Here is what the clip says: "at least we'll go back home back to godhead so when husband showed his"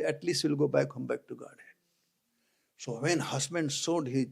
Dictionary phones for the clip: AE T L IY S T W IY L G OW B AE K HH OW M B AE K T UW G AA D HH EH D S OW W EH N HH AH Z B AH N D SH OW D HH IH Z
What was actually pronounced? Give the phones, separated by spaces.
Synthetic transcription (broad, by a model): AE T L IY S T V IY L G OW B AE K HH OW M B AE K T UW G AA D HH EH S OW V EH N HH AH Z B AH N D S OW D HH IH